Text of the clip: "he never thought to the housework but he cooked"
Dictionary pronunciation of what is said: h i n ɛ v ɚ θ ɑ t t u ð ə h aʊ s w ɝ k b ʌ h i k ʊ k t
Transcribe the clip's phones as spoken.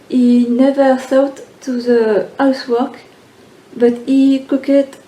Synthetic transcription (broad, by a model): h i n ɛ v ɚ s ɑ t t u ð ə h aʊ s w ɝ k b ʌ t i k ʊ k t